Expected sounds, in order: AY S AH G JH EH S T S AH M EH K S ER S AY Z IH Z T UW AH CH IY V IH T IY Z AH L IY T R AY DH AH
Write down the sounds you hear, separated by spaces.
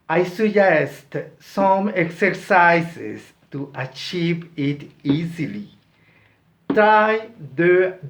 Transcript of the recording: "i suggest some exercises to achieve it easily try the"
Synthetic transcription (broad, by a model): AY S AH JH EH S T S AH M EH K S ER S AY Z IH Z T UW AH CH IY V IH T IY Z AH L IY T AY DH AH